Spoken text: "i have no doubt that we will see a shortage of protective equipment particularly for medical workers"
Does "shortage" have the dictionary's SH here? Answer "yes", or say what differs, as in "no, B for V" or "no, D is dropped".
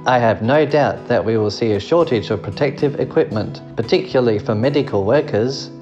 yes